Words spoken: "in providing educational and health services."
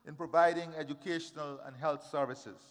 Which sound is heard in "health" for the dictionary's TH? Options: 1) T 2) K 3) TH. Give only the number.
1